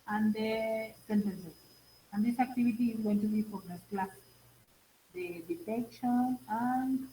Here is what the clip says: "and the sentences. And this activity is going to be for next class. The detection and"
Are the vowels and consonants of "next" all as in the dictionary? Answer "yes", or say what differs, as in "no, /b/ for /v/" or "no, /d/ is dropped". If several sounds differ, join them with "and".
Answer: no, /k/ is dropped